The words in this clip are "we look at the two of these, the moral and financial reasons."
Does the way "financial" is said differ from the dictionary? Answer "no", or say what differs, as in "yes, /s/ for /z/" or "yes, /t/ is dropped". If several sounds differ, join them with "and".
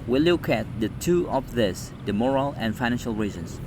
no